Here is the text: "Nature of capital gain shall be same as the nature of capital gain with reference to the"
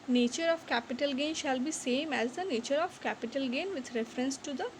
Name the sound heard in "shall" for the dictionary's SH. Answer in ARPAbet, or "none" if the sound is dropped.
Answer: SH